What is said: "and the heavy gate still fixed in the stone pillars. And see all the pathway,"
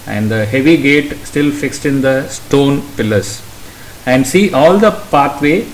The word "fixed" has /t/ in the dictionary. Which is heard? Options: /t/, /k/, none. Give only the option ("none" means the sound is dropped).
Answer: /t/